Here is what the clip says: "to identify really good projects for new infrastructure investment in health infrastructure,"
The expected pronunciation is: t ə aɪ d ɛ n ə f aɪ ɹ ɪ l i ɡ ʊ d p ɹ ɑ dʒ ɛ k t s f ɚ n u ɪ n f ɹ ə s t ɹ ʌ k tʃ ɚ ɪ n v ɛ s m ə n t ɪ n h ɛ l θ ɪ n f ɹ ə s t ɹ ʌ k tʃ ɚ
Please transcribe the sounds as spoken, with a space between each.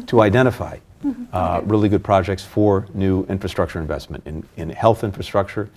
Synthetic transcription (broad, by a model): t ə aɪ d ɛ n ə f aɪ ɹ ɪ l i ɡ ʊ d p ɹ ɑ dʒ ɛ k t s f ɚ n u ɪ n f ɹ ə s t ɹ ʌ k tʃ ɚ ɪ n v ɛ s m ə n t ɪ n h ɛ l θ ɪ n f ɹ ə s t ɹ ʌ k tʃ ɚ